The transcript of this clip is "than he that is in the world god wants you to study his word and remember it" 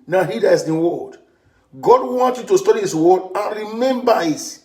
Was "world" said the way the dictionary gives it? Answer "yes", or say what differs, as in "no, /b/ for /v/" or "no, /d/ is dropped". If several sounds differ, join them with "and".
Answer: no, /l/ is dropped